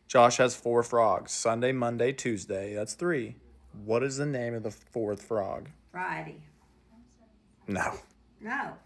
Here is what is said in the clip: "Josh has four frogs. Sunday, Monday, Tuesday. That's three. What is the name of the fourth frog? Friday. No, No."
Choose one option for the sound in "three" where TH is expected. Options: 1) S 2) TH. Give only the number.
2